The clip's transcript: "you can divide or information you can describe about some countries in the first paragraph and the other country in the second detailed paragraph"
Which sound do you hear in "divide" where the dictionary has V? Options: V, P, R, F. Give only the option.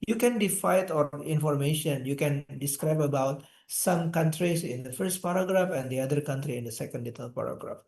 F